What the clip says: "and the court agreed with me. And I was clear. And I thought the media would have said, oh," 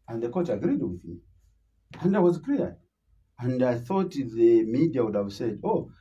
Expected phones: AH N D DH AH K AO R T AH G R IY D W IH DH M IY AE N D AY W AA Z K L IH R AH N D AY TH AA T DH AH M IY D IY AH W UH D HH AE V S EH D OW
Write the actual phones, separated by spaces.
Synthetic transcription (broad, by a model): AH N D DH AH K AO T AH G R IY D W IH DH M IY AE N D AY W AA Z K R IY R AH N D AY TH AA T DH AH M IY D IY AH W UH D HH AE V S EH D OW